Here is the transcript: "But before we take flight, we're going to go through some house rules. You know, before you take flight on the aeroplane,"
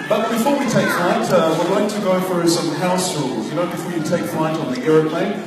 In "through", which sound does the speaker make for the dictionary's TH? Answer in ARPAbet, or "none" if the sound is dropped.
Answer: F